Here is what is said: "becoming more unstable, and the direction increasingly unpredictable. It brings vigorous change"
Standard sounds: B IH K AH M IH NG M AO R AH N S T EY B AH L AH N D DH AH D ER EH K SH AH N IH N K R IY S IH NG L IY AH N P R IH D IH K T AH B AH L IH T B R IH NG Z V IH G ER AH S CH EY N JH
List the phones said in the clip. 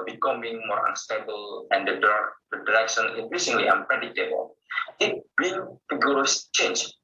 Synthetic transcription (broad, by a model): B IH K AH M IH NG M AO R AH N S T EY B AH L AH N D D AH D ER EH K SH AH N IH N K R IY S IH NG L IY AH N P R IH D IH T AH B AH L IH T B IH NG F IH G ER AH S CH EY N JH